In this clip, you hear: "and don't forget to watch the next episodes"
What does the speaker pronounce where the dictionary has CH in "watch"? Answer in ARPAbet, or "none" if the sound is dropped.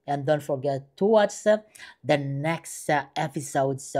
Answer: S